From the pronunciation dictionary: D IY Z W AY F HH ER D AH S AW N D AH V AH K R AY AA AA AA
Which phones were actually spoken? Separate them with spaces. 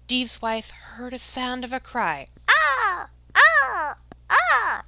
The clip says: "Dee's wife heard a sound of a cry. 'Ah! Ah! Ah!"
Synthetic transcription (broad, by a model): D IY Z W AY F HH ER D AH S AW N D AH V AH K R AY AA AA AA